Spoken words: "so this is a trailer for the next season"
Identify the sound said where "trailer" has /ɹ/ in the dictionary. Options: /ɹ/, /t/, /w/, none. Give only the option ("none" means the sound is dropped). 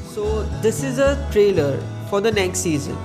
/ɹ/